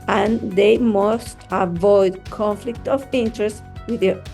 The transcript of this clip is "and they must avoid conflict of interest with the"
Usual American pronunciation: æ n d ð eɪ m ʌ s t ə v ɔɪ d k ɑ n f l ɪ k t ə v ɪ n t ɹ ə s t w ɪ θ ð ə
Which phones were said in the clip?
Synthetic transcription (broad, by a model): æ n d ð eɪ m ʌ s t ə v ɔɪ d k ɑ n f l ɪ k t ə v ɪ n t ɹ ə s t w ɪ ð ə